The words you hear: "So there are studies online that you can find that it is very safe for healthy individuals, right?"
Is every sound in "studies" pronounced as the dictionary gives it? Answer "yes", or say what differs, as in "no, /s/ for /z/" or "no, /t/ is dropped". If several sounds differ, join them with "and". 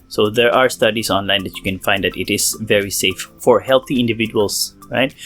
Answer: no, /s/ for /z/